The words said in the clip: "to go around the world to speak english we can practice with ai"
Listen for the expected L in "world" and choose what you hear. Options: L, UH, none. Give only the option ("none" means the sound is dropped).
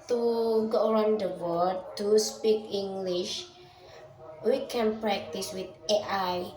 none